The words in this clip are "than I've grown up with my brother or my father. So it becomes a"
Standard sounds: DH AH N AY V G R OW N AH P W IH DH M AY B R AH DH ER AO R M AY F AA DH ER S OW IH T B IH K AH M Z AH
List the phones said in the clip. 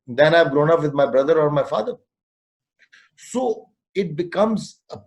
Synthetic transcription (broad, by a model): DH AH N AY V G R OW N AH P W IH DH M AY B R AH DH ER AO R M AY F AA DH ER S OW IH T B IH K AH M Z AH